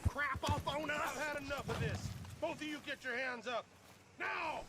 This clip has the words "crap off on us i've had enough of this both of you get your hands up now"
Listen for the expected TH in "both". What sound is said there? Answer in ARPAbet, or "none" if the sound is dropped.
TH